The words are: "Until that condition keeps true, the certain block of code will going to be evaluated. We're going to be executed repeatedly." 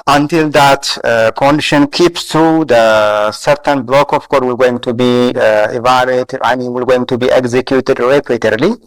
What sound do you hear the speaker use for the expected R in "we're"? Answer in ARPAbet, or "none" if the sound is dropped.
L